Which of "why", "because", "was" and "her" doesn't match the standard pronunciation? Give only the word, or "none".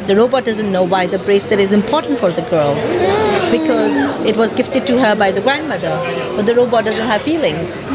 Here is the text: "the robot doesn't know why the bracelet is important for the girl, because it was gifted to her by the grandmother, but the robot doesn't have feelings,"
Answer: none